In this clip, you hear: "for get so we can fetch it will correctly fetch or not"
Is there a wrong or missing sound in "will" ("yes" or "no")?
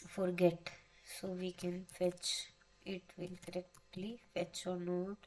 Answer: yes